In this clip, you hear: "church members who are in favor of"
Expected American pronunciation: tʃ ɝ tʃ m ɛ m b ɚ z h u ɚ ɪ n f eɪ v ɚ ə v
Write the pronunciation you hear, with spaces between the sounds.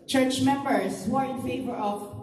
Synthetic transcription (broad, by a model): tʃ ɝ tʃ m ɛ m b ɚ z h u ɚ ɪ n f eɪ v ɚ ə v